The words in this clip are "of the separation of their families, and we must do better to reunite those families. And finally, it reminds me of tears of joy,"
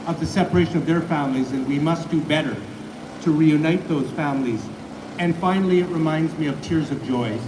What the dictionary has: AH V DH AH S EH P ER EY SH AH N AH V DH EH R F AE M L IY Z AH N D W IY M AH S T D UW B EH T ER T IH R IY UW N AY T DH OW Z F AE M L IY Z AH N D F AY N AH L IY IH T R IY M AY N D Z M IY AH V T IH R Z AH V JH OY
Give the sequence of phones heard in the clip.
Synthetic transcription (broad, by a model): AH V DH AH S EH P ER EY SH AH N AH V DH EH R F AE M L IY Z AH N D W IY M AH S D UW B EH T ER T IH R IY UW N AY T DH OW Z F AE M L IY Z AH N F AY N L IY IH T R IY M AY N D Z M IY AH V T IH R Z AH V JH OY